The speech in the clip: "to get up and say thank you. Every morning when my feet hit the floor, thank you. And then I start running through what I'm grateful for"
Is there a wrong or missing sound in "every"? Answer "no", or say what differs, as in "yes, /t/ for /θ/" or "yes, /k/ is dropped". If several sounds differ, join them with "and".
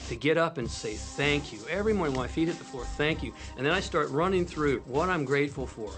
no